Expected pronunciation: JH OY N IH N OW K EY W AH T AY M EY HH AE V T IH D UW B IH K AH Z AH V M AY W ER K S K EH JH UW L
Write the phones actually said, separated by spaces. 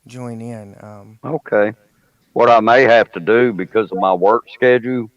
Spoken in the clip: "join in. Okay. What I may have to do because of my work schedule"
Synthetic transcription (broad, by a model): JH OY N IH N OW K EY W AH T AY M EY HH AE F T IH D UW B IH K AH Z AH V M AY W ER K S K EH JH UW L